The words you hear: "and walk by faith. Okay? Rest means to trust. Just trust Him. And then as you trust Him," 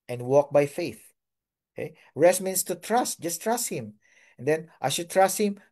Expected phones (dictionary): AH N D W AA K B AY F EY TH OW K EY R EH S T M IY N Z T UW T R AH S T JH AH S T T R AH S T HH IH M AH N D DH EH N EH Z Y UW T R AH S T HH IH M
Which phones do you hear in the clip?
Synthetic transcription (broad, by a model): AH N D W AA K B AY F EY TH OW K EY R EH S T M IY N S T UW T R AH S T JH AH S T T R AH S T HH IH M AH N D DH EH N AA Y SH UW T R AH S T HH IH M